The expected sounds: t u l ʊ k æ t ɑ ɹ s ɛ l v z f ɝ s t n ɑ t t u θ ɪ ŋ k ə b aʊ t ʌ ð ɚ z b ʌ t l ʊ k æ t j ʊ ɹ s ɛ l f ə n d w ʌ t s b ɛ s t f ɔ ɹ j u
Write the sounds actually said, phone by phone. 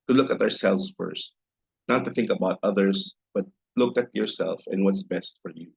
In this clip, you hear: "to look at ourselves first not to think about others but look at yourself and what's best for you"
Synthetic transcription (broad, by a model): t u l ʊ k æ t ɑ ɹ s ɛ l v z f ɝ s t n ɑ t t u θ ɪ ŋ k ə b aʊ t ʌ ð ɚ s b ʌ t l ʊ k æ t j ʊ ɹ s ɛ l f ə n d w ʌ t s b ɛ s t f ɔ ɹ j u